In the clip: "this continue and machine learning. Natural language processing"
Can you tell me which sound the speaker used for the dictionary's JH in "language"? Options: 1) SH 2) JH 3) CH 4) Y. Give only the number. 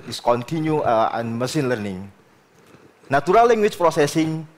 3